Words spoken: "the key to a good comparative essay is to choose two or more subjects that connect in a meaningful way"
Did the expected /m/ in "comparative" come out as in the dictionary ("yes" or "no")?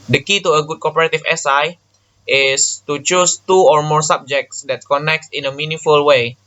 no